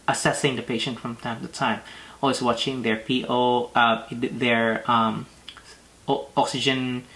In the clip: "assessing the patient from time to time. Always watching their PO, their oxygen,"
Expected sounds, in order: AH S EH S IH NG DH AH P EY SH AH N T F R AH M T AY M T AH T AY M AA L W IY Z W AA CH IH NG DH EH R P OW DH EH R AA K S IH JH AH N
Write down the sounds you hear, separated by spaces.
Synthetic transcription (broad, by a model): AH S EH S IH NG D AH P EY SH AH N T F R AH M T AY M T AH T AY M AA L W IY S W AA CH IH NG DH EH R P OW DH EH R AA K S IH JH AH N